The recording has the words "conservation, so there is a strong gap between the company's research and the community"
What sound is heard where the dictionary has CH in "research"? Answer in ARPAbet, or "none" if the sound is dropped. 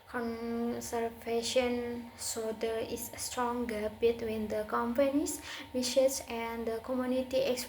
S